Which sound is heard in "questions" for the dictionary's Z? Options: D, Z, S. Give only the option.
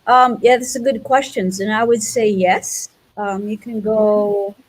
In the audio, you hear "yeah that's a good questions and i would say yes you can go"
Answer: Z